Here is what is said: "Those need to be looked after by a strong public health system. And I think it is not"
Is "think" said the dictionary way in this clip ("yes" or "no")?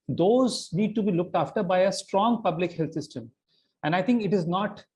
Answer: no